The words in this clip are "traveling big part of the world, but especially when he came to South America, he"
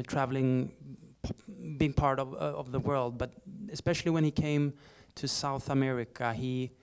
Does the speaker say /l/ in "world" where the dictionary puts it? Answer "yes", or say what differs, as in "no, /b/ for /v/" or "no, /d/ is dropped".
yes